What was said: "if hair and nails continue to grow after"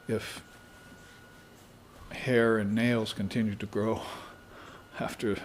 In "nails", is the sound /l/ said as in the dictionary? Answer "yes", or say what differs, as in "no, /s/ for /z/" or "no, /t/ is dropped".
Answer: yes